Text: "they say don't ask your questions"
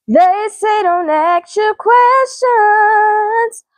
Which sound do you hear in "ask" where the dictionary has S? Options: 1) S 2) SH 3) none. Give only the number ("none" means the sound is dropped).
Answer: 3